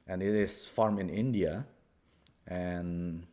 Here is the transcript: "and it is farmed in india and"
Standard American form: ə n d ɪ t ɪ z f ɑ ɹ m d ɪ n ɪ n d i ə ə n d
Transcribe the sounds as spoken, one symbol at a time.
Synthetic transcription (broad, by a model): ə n ɪ t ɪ s f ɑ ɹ m ɪ n ɪ n d i ə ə n